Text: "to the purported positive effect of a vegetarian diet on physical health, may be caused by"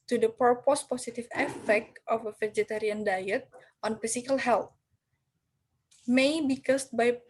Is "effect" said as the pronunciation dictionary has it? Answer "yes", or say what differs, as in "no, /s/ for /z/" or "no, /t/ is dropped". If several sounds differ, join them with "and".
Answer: yes